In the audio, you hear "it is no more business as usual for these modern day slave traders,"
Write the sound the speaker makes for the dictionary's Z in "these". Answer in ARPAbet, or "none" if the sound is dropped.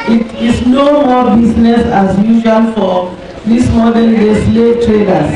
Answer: S